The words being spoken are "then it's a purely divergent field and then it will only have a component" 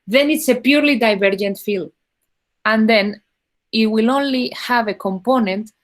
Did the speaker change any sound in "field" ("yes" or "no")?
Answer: yes